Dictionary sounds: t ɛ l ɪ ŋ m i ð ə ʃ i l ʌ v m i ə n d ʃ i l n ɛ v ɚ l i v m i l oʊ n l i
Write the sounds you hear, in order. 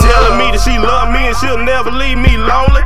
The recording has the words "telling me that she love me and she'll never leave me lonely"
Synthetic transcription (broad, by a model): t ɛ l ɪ m i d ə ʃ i l ʌ v m i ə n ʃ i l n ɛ b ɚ l i v m i l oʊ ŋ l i